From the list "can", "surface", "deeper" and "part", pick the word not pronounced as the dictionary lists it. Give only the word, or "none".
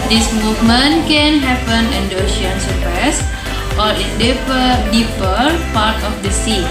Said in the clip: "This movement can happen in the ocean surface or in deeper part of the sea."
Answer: surface